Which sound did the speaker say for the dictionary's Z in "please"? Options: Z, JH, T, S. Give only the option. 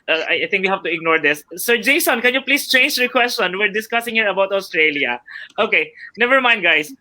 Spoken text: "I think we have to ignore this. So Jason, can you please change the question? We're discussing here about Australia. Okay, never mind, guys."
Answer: S